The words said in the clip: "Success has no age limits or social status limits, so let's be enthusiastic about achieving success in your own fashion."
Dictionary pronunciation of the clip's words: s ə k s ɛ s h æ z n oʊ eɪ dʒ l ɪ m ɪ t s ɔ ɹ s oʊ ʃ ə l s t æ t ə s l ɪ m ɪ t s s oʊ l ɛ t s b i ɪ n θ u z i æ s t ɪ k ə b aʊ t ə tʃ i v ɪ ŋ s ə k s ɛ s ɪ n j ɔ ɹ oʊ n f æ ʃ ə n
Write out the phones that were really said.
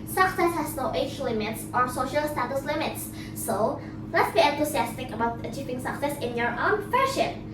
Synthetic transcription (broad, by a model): s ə k s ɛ s h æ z n oʊ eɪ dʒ l ɪ m ɪ t s ɔ ɹ s oʊ ʃ ə l s t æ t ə s l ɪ m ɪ t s s oʊ l ɛ t s b i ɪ n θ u s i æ s t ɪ k ə b aʊ t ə tʃ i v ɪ ŋ s ə k s ɛ s ɪ n j ɔ ɹ oʊ n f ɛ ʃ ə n